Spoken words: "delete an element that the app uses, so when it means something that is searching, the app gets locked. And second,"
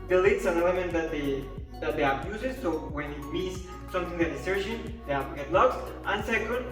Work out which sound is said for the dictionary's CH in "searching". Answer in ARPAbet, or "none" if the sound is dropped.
SH